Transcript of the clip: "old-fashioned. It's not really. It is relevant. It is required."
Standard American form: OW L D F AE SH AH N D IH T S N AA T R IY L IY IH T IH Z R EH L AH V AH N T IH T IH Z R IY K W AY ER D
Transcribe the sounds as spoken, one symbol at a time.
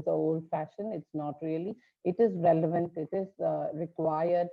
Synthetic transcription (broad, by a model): OW L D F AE SH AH N IH T S N AA T R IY L IY IH T IH Z R EH L AH V AH N T IH T IH Z R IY K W AY ER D